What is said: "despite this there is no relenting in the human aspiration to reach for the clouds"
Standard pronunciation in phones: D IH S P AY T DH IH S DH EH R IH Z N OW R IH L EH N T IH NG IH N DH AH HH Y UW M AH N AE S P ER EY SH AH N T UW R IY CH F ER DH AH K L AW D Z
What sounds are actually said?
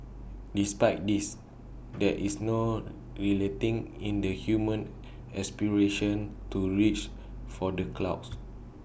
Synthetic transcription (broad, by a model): D IH S P AY T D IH S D EH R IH S N OW R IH L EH T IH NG IH N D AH HH Y UW M AH N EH S P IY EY SH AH N T UW R IY CH F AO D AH K L AW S